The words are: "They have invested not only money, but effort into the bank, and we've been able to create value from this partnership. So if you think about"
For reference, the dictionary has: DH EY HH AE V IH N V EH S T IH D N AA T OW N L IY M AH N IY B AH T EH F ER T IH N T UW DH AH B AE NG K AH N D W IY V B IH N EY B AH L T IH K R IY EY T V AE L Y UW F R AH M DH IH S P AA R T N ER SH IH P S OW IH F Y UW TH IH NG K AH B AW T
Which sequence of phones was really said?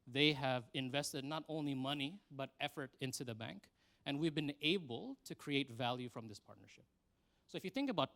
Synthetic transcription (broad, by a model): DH EY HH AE V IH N V EH S T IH D N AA T OW N L IY M AH N IY B AH T EH F ER T IH N T UW DH AH B AE NG K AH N W IY V B IH N EY B AH L T IH K R IY EY T V AE L Y UW F R AH M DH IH S P AA R T N ER SH IH P S OW IH F Y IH TH IH NG K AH B AW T